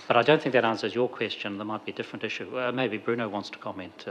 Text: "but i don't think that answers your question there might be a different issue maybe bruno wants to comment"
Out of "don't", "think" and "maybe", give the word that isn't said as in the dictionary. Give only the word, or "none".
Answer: none